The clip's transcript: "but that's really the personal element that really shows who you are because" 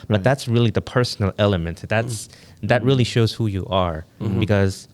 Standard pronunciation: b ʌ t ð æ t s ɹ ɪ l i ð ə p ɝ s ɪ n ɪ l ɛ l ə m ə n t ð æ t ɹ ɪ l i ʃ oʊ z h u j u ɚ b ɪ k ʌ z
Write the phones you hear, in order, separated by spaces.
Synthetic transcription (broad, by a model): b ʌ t ð æ t s ɹ ɪ l i ð ə p ɝ s n l ɛ l ə m ə n t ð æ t ɹ ɪ l i ʃ oʊ z h u j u ɚ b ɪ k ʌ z